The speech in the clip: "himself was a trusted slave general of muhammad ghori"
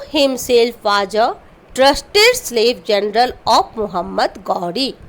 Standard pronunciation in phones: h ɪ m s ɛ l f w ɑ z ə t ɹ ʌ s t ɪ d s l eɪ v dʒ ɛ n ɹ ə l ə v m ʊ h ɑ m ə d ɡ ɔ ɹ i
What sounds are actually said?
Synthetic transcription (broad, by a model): h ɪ m s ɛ l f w ɑ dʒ ə t ɹ ʌ s t ɪ d s l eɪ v dʒ ɛ n ɹ ə l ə p m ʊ h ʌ m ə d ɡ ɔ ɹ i